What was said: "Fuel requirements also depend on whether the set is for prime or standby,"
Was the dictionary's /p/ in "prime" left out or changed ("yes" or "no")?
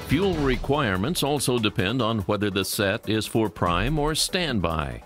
no